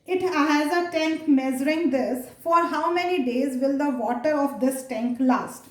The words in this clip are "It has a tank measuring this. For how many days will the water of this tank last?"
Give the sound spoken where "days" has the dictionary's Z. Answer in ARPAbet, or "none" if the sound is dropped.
Z